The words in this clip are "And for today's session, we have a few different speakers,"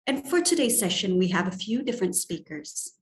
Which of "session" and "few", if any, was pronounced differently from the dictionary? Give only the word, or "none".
none